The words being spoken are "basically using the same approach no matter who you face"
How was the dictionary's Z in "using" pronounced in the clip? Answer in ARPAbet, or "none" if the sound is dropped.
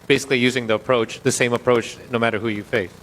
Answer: Z